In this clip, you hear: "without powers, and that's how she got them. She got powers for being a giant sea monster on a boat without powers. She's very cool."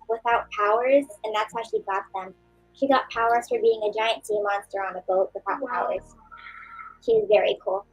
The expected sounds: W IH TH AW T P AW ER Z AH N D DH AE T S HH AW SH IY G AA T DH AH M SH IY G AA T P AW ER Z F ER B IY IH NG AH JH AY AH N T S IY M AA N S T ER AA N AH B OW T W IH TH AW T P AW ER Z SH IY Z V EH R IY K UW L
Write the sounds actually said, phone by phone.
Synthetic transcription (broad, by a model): W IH TH AW T P AW ER Z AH N DH AE T S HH AW SH IY G AA T DH AH M SH IY G AA T P AW ER Z F ER B IY IH NG AH JH AY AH N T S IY M AA N S T ER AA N AH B OW T W IH TH AW T P AW ER Z SH IY Z V EH R IY K UW L